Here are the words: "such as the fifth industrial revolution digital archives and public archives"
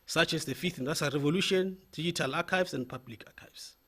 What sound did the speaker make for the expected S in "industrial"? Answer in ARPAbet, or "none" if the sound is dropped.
none